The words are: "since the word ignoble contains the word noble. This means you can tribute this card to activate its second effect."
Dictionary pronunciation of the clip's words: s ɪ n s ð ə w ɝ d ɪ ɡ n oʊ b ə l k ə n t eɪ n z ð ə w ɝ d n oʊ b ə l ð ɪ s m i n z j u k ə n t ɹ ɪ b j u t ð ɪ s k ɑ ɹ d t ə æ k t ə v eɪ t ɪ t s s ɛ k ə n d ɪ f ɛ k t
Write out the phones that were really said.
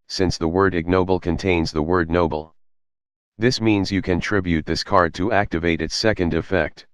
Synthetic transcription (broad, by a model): s ɪ n s ð ə w ɝ d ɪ ɡ n oʊ b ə l k ə n t eɪ n z ð ə w ɝ d n oʊ b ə l ð ɪ s m i n z j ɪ k ə n t ɹ ɪ b j u t ð ɪ s k ɑ ɹ d t ə æ k t ə v eɪ t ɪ t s s ɛ k ə n d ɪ f ɛ k t